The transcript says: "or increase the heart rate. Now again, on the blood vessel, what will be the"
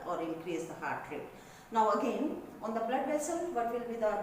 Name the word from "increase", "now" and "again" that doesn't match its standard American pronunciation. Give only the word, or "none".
none